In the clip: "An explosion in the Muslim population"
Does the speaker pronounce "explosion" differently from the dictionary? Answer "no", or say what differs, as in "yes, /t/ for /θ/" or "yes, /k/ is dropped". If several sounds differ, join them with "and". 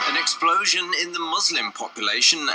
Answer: no